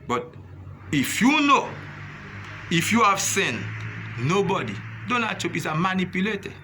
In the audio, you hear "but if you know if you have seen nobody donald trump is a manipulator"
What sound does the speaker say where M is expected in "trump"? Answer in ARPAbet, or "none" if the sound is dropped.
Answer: none